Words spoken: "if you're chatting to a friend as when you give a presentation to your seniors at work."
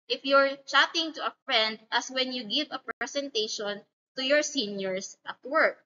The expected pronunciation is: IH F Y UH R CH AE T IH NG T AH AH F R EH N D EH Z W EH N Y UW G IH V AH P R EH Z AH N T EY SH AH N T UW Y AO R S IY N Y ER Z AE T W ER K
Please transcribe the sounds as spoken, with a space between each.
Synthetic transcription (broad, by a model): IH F Y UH R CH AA T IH NG T AH AH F R EH N D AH S W EH N Y UW G IH V AH P R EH S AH N T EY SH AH N T UW Y AO R S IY N Y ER S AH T W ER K